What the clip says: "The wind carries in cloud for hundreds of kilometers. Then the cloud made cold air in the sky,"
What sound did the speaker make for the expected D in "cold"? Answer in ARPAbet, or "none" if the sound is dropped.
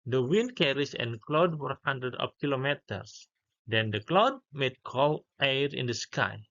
none